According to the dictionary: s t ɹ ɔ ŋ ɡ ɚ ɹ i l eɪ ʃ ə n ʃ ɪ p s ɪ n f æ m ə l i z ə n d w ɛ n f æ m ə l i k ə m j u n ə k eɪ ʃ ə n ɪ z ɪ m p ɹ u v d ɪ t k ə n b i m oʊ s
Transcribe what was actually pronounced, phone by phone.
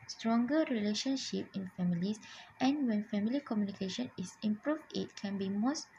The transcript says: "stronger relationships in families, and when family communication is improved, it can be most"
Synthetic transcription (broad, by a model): s t ɹ ɔ ŋ ɡ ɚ ɹ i l eɪ ʃ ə n ʃ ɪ p ɪ n f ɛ m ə l i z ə n w ɛ n f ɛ m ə l i k ə m j u n ə k eɪ ʃ ə n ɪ s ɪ m p ɹ u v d ɪ t k ə n b i m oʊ s